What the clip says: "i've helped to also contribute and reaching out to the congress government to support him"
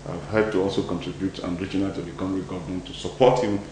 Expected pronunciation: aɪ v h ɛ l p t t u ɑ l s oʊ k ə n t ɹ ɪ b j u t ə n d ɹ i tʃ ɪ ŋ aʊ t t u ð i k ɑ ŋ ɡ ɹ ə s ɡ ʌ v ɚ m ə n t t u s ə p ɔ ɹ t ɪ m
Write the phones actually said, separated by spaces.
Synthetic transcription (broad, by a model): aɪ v h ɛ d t t u ɑ l s oʊ k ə n t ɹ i b j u t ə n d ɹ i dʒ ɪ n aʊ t t u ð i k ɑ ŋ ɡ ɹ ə ɡ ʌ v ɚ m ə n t t u s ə p ɔ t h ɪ m